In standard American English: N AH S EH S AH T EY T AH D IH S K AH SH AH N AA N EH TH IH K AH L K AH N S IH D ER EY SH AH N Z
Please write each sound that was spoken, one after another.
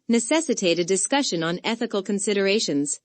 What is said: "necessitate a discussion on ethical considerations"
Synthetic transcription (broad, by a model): N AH S EH S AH T EY T AH D IH S K AH SH AH N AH N EH TH IH K AH L K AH N S IH D ER EY SH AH N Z